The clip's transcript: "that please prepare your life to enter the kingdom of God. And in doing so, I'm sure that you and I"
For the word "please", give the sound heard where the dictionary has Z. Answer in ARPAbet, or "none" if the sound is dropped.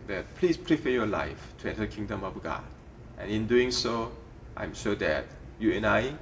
S